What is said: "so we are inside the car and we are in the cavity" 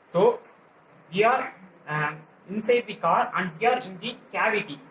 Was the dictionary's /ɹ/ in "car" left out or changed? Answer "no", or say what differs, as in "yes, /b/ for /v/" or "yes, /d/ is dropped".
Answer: no